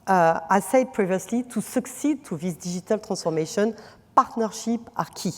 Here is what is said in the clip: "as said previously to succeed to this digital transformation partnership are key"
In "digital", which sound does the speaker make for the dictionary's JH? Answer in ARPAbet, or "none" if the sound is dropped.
ZH